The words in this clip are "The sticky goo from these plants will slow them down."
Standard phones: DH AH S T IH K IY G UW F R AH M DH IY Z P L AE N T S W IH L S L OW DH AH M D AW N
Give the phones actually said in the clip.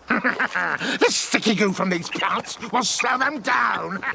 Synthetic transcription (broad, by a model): DH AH S T IH K IY G UW F R AH M DH IY Z P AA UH T S W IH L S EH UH DH AH M D AW N